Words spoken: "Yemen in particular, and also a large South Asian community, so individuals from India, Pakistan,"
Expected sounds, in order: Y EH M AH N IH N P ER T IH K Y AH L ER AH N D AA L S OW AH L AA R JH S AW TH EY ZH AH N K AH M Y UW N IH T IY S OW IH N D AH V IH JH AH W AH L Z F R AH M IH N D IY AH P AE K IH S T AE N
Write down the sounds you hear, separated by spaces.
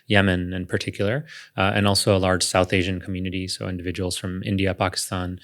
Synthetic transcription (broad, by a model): Y EH M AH N IH N P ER T IH K Y L ER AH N AA L S OW AH L AA R JH S AW TH EY ZH AH N K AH M Y UW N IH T IY S OW IH N D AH V IH JH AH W L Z F R AH M IH N D IY AH P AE K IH S T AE N